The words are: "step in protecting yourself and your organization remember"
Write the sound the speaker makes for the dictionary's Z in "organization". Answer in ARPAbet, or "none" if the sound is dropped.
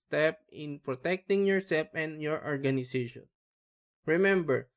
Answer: S